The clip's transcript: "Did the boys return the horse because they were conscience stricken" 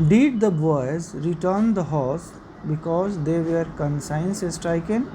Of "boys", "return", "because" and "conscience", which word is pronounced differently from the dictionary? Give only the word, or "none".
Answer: conscience